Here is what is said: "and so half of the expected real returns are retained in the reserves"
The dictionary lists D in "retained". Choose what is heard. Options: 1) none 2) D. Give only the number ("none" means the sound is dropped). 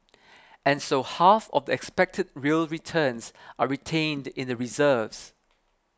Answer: 2